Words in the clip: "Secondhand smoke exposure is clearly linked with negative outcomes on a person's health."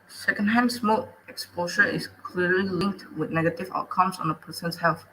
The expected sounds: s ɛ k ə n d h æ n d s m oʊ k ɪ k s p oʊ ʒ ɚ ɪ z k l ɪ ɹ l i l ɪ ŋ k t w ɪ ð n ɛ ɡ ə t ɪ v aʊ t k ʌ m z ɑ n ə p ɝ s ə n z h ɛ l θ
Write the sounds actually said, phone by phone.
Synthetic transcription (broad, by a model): s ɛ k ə n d h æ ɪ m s m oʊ ɪ k s p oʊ ʃ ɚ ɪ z k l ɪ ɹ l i l ɪ ŋ k t w ɪ ð n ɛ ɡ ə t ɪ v aʊ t k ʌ m s ɑ n ə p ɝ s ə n s h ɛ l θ